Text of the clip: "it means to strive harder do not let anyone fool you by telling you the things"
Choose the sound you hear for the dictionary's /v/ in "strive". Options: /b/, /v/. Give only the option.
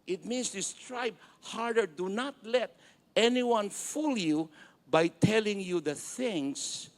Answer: /b/